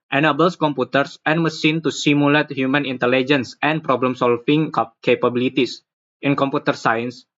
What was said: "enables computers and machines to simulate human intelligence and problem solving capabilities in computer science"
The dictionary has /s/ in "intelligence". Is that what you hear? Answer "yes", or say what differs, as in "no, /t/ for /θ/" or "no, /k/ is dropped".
yes